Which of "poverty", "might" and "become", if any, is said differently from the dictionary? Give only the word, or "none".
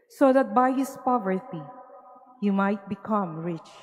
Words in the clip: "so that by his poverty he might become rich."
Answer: none